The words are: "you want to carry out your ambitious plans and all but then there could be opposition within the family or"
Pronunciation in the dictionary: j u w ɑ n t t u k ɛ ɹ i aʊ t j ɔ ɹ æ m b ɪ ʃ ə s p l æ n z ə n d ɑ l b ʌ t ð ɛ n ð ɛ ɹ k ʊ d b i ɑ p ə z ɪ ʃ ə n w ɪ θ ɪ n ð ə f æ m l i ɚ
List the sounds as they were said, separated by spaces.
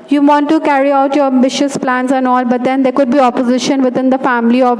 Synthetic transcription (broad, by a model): j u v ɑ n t t u k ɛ ɹ i aʊ t j ɔ ɹ æ m b ɪ ʃ ə s p l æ n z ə n ɑ l b ʌ t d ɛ n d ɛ ɹ k ʊ d b i ɑ p ə z ɪ ʃ ə n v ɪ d ɪ n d ə f æ m l i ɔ